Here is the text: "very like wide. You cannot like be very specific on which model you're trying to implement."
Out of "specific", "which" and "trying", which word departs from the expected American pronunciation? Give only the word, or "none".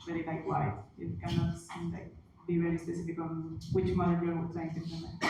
trying